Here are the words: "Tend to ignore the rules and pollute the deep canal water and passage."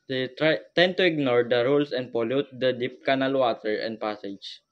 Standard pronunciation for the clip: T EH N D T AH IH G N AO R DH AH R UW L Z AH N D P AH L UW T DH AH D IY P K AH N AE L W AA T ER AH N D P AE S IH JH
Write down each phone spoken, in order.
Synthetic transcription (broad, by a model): T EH N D T AH IH G N AO R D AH R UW L S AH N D P AH L UW T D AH D IY P K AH N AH L W AA T ER AH N D P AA S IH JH